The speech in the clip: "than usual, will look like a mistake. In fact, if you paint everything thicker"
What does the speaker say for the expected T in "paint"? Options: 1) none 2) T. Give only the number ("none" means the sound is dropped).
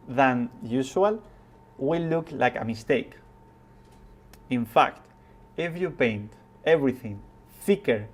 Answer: 2